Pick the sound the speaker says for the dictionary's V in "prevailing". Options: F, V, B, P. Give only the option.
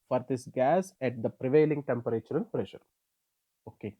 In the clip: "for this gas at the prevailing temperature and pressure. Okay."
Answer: V